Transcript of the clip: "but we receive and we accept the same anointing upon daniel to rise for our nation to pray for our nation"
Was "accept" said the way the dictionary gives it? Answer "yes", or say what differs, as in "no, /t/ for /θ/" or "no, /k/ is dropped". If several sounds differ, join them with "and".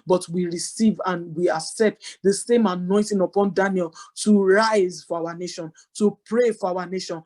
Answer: yes